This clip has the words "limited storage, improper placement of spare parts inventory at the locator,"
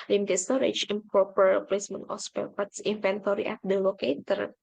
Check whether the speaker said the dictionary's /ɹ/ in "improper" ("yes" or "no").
no